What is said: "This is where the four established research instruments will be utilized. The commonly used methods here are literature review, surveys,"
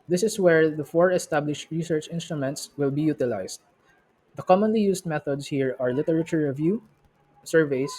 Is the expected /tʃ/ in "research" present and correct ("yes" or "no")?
yes